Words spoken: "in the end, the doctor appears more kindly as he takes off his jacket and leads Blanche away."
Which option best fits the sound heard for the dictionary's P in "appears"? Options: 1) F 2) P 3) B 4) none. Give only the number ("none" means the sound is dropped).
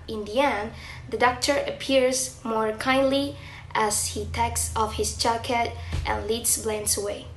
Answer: 2